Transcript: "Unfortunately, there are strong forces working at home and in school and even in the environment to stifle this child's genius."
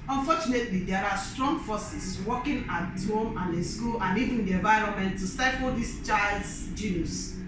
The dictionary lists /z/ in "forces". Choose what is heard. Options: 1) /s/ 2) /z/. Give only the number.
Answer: 1